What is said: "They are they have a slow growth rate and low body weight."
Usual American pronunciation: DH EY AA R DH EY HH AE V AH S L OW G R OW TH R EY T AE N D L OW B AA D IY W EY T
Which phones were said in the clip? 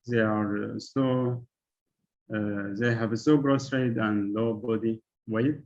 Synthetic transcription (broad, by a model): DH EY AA R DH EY HH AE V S OW G R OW S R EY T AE N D L OW B AA D IY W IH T